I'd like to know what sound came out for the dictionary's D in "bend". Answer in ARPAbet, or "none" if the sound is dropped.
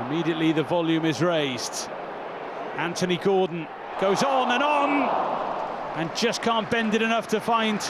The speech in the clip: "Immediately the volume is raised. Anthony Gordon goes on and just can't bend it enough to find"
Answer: D